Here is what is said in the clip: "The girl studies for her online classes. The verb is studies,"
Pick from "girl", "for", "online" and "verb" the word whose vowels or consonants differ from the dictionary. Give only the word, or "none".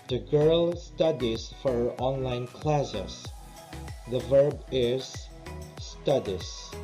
none